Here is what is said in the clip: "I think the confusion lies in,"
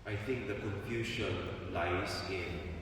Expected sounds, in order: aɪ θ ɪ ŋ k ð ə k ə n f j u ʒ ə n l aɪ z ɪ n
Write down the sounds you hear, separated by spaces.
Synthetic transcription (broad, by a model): aɪ t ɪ ŋ k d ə k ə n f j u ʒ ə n l aɪ s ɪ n